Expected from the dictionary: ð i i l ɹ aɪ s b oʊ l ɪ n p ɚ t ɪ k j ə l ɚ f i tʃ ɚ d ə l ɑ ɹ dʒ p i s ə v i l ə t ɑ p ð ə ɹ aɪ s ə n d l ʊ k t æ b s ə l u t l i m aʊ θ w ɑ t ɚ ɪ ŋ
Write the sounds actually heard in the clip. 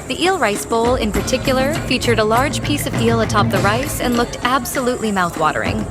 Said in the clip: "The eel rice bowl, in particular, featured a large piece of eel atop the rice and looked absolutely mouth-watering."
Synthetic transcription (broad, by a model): ð i i l ɹ aɪ s b oʊ l ɪ n p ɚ t ɪ k j l ɚ f i tʃ ɚ d ə l ɑ ɹ dʒ p i s ə v i l ə t ɑ p ð ə ɹ aɪ s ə n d l ʊ k t æ b s ə l u t l i m aʊ θ w ɑ t ɚ ɪ ŋ